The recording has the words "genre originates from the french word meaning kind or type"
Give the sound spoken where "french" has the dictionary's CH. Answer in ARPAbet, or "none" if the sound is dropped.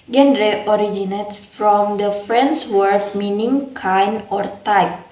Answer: S